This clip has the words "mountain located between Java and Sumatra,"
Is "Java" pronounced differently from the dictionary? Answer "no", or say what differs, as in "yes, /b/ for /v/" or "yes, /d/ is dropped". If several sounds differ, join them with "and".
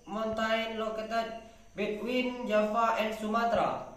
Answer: yes, /f/ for /v/